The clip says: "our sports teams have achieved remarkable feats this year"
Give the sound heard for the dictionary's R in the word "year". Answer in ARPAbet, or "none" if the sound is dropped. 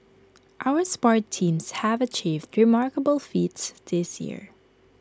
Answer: R